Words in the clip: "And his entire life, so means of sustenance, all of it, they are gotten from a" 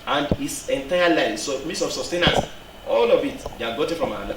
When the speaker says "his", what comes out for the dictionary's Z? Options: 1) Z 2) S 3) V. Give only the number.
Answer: 2